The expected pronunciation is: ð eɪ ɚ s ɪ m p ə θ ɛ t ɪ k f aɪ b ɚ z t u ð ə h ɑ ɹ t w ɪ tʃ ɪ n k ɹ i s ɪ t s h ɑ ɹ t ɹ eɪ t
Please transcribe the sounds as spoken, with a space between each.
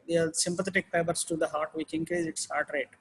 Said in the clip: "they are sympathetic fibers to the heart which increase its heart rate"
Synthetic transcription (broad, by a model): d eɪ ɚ s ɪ m p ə t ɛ t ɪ k p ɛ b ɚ s t u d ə h ɑ ɹ t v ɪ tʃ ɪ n k ɹ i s ɪ t s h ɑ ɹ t ɹ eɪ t